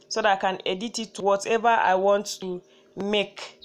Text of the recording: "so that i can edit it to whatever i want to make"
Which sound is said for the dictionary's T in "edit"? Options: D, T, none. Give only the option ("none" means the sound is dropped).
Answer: T